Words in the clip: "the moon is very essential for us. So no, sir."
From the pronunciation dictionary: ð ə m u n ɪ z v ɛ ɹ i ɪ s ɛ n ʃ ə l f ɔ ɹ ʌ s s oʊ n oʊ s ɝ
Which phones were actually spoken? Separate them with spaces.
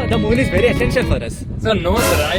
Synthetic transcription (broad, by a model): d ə m u n ɪ z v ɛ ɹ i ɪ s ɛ n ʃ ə n f ɔ ɹ ʌ s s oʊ n oʊ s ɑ